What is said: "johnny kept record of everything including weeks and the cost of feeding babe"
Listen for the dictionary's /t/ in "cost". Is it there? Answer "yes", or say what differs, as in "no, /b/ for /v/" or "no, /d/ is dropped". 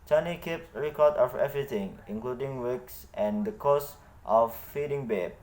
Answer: yes